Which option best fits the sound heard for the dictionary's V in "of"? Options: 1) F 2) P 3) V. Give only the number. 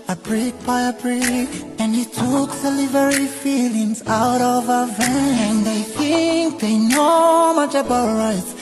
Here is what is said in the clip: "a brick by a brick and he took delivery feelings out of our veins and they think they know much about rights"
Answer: 3